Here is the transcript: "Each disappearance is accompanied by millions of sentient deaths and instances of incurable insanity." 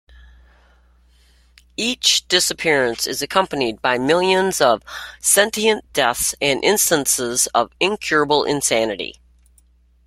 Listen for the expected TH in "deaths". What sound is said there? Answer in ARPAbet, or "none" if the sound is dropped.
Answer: TH